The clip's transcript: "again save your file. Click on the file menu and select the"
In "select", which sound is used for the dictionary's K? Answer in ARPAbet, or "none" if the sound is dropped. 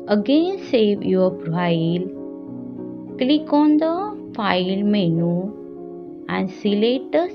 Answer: none